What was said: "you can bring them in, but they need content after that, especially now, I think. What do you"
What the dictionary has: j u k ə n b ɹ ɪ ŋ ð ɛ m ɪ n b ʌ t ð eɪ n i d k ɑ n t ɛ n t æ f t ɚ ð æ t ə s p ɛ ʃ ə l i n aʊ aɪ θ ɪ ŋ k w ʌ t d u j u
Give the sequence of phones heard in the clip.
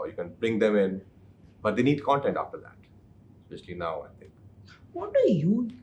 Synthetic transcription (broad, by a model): j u k ə n b ɹ ɪ ŋ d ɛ m ɪ n b ʌ t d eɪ n i d k ɑ n t ɛ n t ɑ f t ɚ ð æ t s p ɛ ʃ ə l i n aʊ aɪ t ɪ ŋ k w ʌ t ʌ j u